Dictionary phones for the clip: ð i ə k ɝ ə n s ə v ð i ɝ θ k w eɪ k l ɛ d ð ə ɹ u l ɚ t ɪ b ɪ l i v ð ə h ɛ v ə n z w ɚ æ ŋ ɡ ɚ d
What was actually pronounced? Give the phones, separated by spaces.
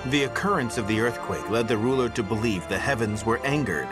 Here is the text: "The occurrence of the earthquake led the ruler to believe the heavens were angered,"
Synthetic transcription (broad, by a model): ð i ə k ɝ ə n s ə v ð i ɝ θ k w eɪ k l ɛ d ð ə ɹ u l ɚ t ɪ b ɪ l i v ð ə h ɛ v ə n z w ɚ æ ŋ ɡ ɚ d